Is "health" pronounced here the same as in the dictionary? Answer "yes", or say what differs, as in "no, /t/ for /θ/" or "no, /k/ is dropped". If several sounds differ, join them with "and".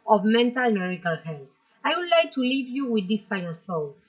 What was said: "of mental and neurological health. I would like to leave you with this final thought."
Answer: no, /s/ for /θ/